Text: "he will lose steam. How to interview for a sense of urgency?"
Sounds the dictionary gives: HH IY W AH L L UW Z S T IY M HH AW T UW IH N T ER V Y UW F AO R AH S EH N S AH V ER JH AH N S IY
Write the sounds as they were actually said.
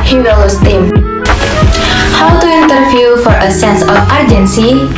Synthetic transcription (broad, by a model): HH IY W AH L L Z S T IY M HH AW T UW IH N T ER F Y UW F AO R AH S EH N S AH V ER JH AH N S IY